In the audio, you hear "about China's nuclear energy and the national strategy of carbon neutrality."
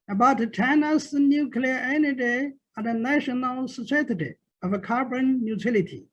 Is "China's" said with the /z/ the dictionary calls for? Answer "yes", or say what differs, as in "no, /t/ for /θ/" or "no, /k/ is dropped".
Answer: no, /s/ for /z/